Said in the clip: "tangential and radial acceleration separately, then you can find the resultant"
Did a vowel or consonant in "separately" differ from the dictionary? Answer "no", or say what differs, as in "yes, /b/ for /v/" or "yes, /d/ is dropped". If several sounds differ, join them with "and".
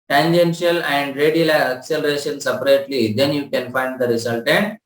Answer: no